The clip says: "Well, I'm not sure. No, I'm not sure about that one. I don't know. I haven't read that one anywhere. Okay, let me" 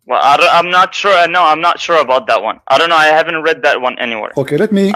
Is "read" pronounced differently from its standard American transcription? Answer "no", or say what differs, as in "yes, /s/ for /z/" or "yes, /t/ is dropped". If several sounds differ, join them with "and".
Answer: no